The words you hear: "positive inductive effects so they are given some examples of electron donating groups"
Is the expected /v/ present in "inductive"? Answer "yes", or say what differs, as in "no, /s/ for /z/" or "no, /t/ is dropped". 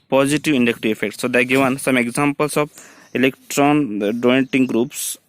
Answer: no, /v/ is dropped